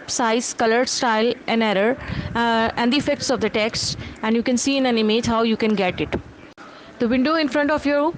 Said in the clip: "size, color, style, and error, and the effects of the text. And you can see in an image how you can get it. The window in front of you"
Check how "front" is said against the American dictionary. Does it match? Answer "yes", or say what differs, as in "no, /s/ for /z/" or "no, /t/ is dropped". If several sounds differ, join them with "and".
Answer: yes